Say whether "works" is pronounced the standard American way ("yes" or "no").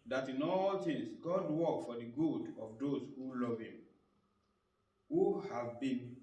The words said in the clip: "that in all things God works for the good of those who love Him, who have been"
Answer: no